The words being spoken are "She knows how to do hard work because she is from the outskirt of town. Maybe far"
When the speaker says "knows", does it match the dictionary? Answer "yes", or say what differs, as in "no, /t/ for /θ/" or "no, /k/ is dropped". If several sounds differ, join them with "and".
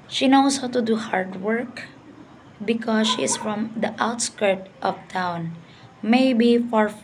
no, /s/ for /z/